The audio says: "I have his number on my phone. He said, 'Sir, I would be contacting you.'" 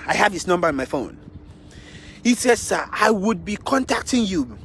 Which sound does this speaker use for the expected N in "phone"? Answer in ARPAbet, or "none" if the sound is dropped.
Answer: N